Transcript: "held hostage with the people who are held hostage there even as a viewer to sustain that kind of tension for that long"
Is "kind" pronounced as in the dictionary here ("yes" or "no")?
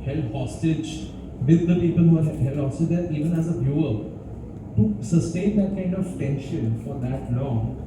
yes